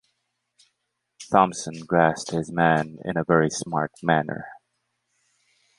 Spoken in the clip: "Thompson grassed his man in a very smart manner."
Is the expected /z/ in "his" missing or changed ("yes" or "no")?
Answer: no